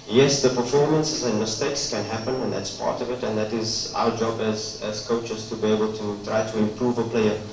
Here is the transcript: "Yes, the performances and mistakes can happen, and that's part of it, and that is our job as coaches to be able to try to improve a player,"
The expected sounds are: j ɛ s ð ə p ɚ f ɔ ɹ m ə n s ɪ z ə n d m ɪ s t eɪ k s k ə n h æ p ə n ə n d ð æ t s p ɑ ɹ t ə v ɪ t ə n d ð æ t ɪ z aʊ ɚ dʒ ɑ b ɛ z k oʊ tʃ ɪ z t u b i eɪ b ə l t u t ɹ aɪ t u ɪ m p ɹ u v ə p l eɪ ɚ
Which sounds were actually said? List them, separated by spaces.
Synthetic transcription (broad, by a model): j ɛ s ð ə p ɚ f ɔ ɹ m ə n s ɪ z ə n m ɪ s t eɪ k s k ə n h æ p ə n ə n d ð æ t s p ɑ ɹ t ə v ɪ t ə n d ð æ t ɪ z aʊ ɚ dʒ ɑ b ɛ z k oʊ tʃ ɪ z t u b i eɪ b ə l t u t ɹ aɪ t u ɪ m p ɹ u v ə p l eɪ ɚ